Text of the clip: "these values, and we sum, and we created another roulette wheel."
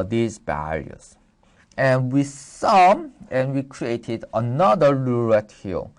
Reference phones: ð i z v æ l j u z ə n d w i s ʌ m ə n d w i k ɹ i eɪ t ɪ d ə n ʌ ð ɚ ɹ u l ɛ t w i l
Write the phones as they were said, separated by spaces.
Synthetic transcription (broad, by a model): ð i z b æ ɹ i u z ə n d w i s ʌ m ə n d w i k ɹ i eɪ t ɪ d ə n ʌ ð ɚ l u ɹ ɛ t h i l